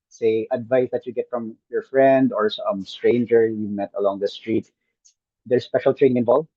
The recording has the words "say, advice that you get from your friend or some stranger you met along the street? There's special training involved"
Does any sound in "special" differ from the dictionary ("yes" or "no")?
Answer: no